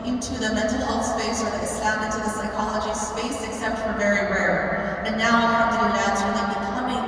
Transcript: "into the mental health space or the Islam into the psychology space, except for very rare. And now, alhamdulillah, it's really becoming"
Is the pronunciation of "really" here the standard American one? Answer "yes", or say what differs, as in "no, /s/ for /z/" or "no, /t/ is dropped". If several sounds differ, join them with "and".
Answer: no, /l/ is dropped